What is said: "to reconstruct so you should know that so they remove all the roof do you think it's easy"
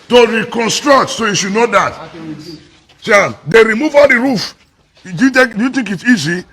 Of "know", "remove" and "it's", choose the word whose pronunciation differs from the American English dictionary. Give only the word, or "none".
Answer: none